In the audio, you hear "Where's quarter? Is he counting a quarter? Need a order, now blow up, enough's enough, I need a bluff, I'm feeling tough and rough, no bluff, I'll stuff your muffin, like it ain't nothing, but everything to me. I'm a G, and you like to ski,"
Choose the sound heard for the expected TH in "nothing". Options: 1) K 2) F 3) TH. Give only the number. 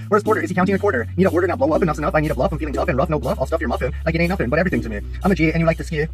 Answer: 2